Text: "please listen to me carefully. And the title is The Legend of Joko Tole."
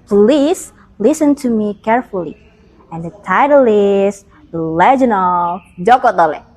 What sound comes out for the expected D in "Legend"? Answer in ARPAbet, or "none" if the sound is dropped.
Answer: none